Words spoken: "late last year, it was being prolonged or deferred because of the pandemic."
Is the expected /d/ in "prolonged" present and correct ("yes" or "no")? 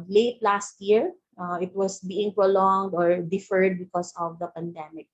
yes